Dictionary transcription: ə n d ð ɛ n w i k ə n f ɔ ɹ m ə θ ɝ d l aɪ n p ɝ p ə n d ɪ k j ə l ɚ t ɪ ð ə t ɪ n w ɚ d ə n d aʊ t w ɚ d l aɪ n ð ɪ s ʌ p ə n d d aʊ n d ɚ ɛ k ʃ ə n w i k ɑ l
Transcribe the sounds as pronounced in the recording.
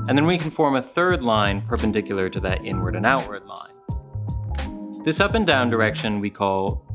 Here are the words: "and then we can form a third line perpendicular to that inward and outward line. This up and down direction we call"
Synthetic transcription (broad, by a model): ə n ð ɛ n w i k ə n f ɔ ɹ m ə θ ɝ d l aɪ n p ɝ p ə n d ɪ k j l ɚ t ɪ ð ə t ɪ n w ɚ d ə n aʊ t w ɚ d l aɪ n ð ɪ s ʌ p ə n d d aʊ n d ɚ ɛ k ʃ ə n w i k ɑ l